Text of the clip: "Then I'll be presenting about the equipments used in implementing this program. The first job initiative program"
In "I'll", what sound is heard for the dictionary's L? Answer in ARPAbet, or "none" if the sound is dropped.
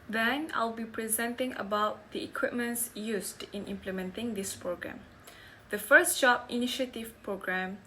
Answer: L